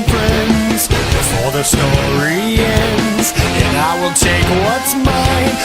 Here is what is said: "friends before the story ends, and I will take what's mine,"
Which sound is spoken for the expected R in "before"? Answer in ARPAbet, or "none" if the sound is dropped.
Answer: L